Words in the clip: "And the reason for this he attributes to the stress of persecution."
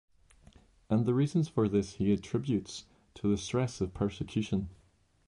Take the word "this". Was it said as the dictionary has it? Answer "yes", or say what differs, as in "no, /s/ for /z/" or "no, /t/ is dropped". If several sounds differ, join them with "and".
yes